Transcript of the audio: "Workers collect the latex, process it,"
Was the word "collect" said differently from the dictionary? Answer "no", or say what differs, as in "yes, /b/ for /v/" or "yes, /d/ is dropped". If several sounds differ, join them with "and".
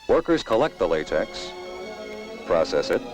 no